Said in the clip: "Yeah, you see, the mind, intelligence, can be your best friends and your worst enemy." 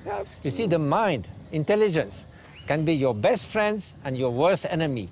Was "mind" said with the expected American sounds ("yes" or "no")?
yes